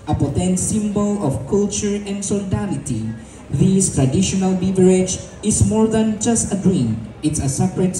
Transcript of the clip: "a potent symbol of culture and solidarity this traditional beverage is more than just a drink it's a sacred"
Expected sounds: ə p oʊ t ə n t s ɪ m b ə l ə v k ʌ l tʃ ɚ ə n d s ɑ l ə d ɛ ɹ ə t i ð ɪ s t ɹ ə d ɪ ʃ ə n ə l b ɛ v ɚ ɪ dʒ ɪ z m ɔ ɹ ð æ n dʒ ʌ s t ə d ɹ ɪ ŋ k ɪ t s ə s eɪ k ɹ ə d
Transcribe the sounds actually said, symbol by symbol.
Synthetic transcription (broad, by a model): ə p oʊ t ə n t s ɪ m b ə l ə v k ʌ l tʃ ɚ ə n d s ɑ l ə d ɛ l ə t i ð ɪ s t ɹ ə d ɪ ʃ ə n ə l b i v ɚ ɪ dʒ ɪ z m ɔ ɹ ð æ n dʒ ʌ s t ə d ɹ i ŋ ɪ t s ə s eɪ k ɹ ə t